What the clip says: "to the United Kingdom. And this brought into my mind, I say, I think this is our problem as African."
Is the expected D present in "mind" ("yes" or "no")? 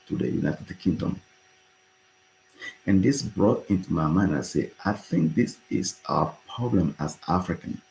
no